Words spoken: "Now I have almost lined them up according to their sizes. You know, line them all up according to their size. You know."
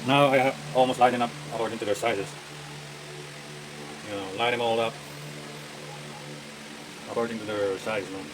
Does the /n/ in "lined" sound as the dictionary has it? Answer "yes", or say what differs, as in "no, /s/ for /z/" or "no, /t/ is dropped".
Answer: no, /n/ is dropped